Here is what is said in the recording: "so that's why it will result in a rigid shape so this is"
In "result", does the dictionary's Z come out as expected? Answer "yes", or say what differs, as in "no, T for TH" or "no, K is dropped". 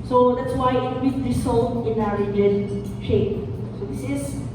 no, S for Z